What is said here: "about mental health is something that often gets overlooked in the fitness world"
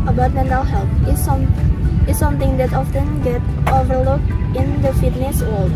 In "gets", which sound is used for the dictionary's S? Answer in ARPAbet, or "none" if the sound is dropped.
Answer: none